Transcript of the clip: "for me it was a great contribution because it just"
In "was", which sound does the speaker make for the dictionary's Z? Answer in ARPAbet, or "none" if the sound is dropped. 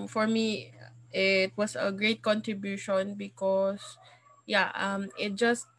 S